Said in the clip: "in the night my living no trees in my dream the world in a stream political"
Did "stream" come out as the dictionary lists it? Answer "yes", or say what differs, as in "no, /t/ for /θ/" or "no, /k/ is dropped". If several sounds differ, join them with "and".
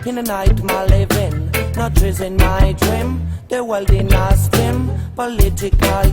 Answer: no, /ɹ/ is dropped